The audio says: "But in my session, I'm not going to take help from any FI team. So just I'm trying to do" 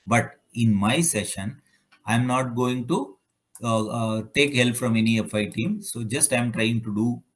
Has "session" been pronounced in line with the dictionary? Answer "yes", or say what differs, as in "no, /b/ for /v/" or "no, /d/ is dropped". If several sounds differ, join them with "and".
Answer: yes